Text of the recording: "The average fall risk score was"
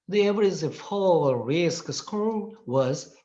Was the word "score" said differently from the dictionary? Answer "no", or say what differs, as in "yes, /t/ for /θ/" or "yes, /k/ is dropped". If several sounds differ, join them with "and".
yes, /l/ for /ɹ/